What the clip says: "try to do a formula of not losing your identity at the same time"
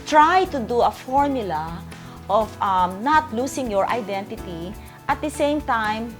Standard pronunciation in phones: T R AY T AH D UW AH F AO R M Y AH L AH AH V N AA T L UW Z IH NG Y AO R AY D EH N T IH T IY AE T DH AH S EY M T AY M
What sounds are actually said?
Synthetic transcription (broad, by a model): T R AY T AH D UW AH F AO R M Y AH L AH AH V N AA T L UW S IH NG Y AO R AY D EH N T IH T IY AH T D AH S EY M T AY M